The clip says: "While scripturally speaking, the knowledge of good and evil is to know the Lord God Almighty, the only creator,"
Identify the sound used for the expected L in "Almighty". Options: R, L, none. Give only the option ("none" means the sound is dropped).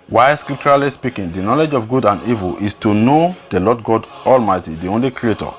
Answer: L